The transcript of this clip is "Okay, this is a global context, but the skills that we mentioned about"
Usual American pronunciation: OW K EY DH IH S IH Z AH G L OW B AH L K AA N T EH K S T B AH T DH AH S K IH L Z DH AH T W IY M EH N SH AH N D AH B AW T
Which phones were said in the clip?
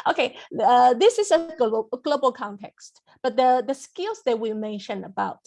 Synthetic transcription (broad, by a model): OW K EY DH IH S IH Z AH G L OW B AH L K AA N T EH K S T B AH T DH AH S K IH L Z DH AH T W IY M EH N SH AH N AH B AW T